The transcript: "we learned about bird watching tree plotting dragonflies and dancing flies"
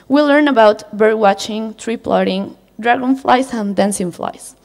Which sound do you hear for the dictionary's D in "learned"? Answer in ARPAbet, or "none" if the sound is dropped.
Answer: none